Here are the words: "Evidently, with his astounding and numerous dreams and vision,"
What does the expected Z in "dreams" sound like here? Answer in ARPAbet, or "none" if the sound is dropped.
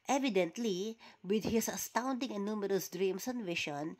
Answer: S